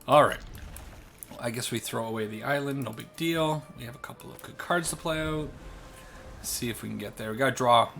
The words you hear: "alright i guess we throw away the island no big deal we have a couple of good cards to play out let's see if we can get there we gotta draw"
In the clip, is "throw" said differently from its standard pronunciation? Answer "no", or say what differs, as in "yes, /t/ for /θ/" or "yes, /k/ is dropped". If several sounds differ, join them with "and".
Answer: no